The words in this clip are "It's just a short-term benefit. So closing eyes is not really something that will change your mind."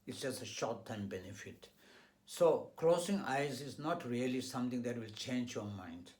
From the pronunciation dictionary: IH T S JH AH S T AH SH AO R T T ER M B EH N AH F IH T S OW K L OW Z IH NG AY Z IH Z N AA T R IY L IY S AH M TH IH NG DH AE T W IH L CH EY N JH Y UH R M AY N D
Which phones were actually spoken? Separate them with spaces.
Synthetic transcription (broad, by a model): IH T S JH AH S T AH SH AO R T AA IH M B EH N AH F IH T S OW K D OW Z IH NG AY Z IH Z N AA T R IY L IY S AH M T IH NG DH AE T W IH L CH EY N JH Y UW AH M AY N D